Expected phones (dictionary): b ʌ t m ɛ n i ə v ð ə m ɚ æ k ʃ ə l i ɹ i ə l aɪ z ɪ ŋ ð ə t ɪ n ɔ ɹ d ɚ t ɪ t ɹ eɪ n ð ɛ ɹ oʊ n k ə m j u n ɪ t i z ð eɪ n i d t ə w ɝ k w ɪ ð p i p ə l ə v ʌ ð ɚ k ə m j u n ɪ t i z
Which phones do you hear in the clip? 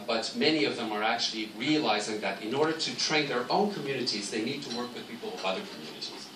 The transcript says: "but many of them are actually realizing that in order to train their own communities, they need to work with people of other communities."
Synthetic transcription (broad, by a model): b ʌ t m ɛ n i ə v ð ə m ɚ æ k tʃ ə l i ɹ i ə l aɪ z ɪ ŋ ð ə t ɪ n ɔ ɹ d ɚ t ɪ t ɹ eɪ n ð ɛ ɹ oʊ n k ə m j u n ɪ t i z ð eɪ n i d t ə w ɝ k w ɪ ð p i p l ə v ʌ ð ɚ k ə m j u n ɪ t i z